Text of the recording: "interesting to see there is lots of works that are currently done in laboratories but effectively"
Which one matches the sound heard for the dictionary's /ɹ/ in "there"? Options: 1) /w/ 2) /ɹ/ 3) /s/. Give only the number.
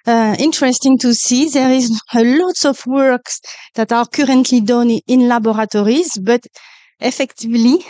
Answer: 2